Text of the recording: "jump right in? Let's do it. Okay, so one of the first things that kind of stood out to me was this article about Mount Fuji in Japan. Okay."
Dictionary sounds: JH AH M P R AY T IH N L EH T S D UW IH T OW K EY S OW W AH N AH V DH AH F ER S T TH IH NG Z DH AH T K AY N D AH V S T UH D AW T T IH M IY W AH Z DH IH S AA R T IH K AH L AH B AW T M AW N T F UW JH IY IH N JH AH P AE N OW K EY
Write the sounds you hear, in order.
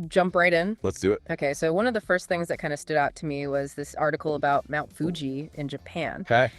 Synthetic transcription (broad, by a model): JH AH M P R AY T IH N L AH T S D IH IH T OW K EY S OW W AH N AH V DH AH F ER S T TH IH NG Z DH AH T K AY N D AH S T UH D AW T T IH M IY W AH Z DH IH S AA R T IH K L AH B AW T M AW N T F UW JH IY IH N JH AH P AE N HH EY